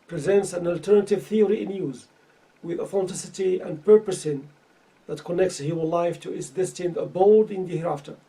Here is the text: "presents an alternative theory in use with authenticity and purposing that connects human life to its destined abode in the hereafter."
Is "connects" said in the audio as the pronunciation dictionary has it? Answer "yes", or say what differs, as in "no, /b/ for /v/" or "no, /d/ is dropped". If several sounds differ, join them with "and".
yes